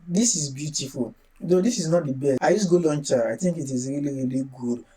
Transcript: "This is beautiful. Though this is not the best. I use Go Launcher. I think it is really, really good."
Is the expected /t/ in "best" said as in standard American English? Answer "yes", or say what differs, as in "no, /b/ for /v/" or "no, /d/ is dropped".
no, /t/ is dropped